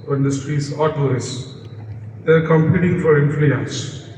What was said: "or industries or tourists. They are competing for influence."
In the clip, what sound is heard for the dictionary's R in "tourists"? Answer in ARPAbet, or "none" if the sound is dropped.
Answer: none